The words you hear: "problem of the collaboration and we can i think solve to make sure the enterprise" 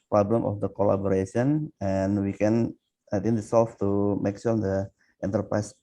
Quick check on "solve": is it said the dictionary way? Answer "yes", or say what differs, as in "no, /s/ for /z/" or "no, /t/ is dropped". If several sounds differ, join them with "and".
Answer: no, /f/ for /v/